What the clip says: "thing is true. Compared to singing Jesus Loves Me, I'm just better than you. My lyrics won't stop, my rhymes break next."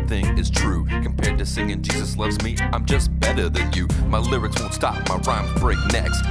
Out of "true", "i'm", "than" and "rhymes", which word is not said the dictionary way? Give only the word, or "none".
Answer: rhymes